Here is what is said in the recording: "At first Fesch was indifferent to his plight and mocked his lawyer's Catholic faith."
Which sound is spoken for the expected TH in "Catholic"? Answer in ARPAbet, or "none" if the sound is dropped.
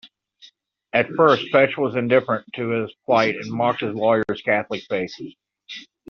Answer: TH